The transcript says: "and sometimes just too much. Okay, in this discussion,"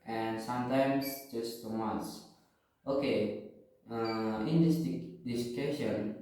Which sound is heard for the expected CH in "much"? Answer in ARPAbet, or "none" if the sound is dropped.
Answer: S